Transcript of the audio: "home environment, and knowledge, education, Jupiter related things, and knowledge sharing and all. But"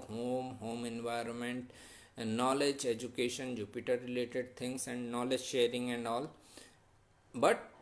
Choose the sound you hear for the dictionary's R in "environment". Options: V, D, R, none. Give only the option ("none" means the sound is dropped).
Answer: R